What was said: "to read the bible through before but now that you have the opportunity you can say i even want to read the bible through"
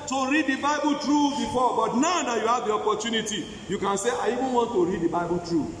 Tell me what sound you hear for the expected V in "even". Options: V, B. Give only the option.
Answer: B